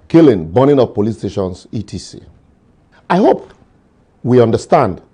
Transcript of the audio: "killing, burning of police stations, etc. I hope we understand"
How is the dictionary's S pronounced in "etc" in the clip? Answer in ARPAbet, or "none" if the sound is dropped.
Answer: none